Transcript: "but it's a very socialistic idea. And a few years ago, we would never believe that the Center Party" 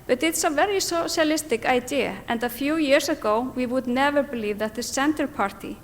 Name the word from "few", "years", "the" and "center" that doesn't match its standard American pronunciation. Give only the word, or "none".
years